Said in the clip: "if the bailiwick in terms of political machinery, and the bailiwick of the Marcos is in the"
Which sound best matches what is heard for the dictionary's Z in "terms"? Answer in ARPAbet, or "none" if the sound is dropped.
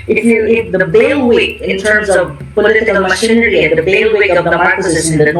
Z